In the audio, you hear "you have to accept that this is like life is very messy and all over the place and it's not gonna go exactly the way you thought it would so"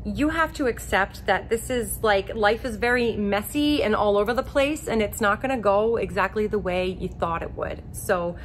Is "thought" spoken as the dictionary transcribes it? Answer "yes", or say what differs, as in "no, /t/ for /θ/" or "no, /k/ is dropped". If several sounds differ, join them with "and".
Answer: yes